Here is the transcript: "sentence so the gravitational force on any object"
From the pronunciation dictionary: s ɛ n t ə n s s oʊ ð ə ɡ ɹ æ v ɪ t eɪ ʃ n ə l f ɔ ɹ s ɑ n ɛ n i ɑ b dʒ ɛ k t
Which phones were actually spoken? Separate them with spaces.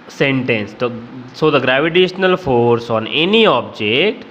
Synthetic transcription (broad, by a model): s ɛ n t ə n s s oʊ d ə ɡ ɹ æ v ɪ t eɪ ʃ n ə l f ɔ ɹ s ɑ n ɛ n i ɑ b dʒ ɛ k t